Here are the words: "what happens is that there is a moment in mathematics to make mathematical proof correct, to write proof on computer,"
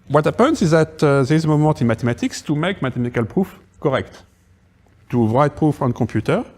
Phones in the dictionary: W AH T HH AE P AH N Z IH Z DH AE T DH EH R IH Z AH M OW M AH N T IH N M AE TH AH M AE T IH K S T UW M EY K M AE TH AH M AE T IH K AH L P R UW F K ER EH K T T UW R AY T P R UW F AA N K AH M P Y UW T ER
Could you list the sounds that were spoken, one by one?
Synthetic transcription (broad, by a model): W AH T HH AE P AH N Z IH Z DH AE T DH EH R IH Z AH M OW M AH T IH N M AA T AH M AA T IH K S T UW M EY K M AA T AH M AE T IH K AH L P R UW F K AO EH K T T UW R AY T P R UW F AA N K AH P Y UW T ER